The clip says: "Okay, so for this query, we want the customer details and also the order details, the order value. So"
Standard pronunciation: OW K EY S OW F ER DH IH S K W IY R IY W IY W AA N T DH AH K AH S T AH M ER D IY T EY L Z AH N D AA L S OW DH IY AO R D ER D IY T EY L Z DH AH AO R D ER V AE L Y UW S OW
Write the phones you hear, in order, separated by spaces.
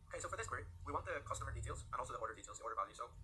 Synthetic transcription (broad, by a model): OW K EY S OW F ER DH IH S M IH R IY W IY W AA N DH AH K AH S T AH M ER D IY T EY L Z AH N AA L S OW DH IY AO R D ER D IY T EY L Z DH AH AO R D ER B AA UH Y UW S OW